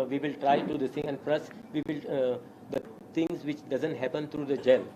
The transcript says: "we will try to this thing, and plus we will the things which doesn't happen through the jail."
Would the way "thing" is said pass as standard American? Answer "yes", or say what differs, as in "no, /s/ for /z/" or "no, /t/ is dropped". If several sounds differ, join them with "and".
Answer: no, /t/ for /θ/